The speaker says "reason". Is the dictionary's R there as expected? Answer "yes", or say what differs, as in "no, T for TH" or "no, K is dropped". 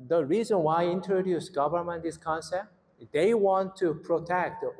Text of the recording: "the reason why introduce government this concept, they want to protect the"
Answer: yes